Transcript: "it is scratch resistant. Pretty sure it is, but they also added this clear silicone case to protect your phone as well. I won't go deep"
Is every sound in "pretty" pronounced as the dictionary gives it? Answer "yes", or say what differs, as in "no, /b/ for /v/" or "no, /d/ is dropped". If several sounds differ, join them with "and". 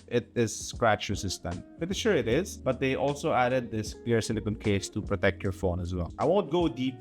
no, /ɹ/ is dropped